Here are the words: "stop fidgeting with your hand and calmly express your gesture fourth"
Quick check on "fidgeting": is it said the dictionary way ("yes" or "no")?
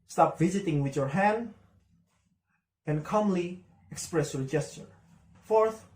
no